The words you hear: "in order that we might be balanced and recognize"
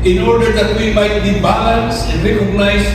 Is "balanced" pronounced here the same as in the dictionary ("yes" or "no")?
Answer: no